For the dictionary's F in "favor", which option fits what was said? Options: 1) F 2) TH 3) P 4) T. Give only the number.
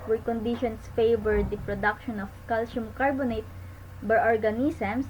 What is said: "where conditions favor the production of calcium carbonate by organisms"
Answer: 1